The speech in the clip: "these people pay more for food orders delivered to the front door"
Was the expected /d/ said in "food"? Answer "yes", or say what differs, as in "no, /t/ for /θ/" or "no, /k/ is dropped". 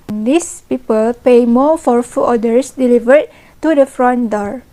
no, /d/ is dropped